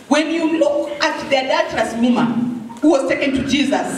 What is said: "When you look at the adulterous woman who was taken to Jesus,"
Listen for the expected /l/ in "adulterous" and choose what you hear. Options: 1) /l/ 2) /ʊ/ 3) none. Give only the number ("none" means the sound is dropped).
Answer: 3